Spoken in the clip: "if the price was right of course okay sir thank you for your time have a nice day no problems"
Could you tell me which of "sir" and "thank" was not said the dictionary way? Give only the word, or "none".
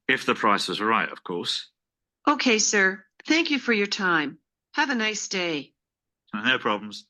none